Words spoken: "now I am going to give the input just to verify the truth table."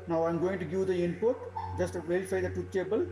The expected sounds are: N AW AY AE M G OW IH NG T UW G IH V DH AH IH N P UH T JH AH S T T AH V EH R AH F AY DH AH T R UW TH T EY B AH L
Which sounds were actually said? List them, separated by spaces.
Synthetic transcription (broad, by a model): N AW AY M G OW IH NG T UW G IH V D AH IH N P UH T JH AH S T T V EH R AH F AY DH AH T UW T EY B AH L